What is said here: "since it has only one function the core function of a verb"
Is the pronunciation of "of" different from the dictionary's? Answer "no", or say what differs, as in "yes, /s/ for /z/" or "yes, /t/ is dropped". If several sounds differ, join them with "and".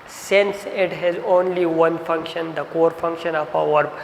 yes, /p/ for /v/